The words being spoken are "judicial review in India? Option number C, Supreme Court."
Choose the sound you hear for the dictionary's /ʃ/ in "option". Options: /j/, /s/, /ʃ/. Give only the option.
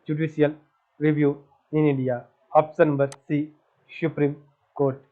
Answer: /s/